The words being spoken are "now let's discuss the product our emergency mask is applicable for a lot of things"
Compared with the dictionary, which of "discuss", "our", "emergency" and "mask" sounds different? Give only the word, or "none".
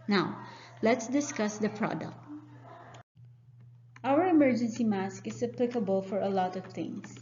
none